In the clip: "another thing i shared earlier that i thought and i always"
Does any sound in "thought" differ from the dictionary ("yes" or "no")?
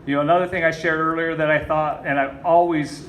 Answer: no